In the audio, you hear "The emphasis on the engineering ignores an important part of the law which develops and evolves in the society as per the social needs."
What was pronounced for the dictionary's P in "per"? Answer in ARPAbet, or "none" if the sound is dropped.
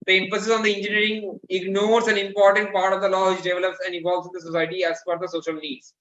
F